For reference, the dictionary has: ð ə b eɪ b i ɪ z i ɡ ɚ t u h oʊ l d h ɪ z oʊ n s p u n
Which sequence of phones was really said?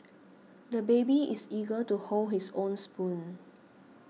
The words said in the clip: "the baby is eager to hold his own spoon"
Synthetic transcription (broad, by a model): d ə b eɪ b i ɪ s i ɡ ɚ t u h oʊ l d h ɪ s oʊ n s p u n